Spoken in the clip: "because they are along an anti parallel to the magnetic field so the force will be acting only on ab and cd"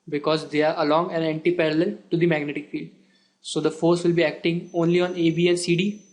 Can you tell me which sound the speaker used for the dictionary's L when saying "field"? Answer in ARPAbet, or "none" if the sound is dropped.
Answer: L